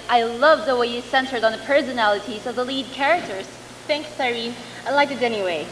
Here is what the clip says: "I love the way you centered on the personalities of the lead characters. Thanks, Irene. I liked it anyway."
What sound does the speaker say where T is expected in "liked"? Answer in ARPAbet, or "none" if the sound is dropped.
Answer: none